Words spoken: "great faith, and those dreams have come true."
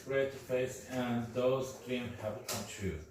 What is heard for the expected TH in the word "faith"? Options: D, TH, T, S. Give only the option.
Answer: S